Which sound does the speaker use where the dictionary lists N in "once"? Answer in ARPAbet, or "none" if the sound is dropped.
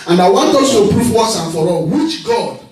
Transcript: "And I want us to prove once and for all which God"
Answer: none